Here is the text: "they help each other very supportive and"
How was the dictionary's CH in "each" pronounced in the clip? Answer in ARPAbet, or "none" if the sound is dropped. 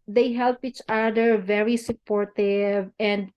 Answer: CH